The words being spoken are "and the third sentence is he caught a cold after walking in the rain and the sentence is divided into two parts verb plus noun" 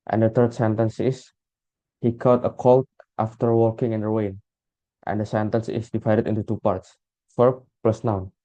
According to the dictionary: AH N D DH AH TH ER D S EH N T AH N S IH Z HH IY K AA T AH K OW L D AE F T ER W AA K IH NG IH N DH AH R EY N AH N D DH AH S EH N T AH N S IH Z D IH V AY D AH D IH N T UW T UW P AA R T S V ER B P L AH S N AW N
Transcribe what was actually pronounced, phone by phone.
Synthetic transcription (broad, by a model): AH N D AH T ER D S EH N T AH N S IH S HH IY K AA T AH K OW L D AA F T ER W AA K IH NG IH N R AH W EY N AH N D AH S EH N T AH N S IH S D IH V AY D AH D IH N T UW T UW P AA R T S F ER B P L AH S N AW N